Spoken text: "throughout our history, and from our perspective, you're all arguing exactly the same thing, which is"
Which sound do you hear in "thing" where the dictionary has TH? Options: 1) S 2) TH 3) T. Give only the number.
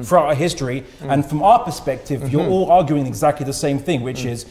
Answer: 2